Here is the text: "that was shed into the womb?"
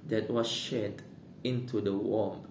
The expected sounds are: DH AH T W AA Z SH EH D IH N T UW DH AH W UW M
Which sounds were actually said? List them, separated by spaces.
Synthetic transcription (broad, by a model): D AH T W AA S SH EH D IH N T UW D AH W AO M